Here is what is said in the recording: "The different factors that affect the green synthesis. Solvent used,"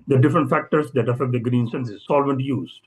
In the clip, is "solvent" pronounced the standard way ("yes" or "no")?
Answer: yes